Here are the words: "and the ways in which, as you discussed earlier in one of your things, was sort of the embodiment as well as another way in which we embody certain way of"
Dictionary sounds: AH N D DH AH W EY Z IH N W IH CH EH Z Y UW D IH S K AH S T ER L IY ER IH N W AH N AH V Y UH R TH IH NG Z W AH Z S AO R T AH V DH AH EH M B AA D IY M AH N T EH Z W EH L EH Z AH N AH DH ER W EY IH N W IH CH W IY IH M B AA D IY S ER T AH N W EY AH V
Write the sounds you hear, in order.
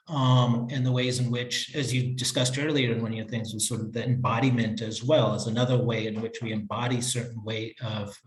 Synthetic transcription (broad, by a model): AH N DH AH W EY Z IH N W IH CH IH Z Y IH D IH S K AH S T ER L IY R IH N W AH N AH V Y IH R TH IH NG Z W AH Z S AO R T AH V DH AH EH M B AA D IY M AH N T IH Z W EH L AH Z AH N AH DH ER W EY IH N W IH CH W IY IH M B AA D IY S ER T N W EY AH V